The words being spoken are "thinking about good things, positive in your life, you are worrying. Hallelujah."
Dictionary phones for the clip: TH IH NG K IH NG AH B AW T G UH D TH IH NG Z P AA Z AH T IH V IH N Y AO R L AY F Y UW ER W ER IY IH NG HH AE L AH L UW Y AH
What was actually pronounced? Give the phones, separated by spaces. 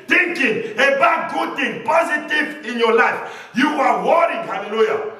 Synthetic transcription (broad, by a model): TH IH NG K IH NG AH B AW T G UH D T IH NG P AA Z AH T IH V IH N Y AO L AY F Y UW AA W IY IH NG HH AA L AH L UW Y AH